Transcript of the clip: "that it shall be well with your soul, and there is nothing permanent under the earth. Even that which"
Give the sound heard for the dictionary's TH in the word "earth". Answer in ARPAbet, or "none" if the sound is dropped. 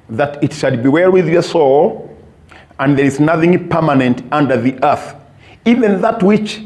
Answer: TH